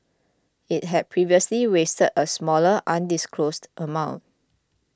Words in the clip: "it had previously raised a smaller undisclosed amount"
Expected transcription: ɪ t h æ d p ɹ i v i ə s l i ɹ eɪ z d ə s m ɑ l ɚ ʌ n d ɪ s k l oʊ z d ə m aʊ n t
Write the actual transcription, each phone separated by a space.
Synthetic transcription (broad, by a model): ɪ t h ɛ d p ɹ i v i ə s l i w eɪ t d ə s m ɑ l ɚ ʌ n d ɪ s k l oʊ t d ə m aʊ n t